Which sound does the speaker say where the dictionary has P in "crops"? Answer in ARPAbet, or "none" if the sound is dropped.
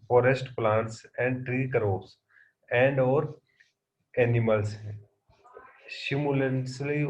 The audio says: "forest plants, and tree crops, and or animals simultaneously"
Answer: none